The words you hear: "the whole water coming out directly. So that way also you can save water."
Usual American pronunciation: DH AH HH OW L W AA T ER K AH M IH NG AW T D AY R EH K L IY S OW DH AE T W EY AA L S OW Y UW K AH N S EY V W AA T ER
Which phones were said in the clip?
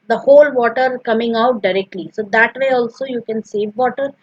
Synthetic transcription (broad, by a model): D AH HH OW L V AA T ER K AH M IH NG AW T D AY R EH K L IY S OW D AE T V EY AA L S OW Y UW K AH N S EY V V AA T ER